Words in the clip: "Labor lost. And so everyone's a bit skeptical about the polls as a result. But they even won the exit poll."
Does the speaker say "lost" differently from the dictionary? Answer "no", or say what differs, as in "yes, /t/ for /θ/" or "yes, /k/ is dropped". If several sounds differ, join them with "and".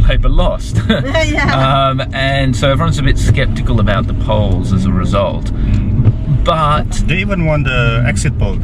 no